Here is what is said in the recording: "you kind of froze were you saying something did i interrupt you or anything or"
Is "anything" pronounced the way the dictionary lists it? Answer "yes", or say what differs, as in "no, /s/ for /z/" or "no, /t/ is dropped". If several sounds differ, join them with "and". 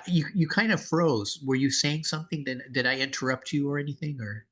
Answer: yes